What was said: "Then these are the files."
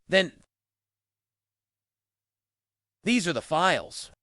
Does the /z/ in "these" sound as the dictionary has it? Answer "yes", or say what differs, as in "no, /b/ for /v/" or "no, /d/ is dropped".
yes